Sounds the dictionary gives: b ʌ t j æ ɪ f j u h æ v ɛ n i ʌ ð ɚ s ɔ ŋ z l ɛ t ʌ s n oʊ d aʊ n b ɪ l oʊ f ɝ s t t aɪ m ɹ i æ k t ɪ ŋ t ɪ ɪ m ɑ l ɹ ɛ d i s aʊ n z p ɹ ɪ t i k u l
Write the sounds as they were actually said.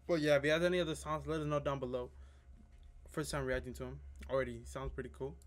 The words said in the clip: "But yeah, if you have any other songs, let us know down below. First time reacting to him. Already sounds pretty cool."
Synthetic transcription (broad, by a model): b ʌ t j æ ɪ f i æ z ɛ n i ʌ ð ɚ s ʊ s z l ɛ t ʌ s n oʊ d aʊ n b ɪ l oʊ f ɝ s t t aɪ m ɹ i æ k t ɪ ŋ t ɪ ɪ m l ɹ ɛ d i s aʊ n z p ɹ ɪ t i k u l